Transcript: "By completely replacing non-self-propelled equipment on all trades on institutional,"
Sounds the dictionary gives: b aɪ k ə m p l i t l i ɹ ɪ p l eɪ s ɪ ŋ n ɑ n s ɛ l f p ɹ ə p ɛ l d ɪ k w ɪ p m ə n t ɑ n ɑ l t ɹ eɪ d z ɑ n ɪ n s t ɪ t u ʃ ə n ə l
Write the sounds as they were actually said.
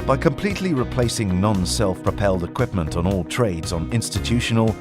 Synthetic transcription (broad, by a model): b aɪ k ə m p l i t l i ɹ ɪ p l eɪ s ɪ ŋ n ɑ n s ɛ l f p ɹ ə p ɛ l d ɪ k w ɪ p m ə n t n ɑ l t ɹ eɪ d z n ɪ n s t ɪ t u ʃ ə n ə l